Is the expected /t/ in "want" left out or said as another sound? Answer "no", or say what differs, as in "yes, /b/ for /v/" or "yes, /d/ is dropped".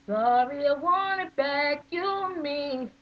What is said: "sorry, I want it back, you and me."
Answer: yes, /t/ is dropped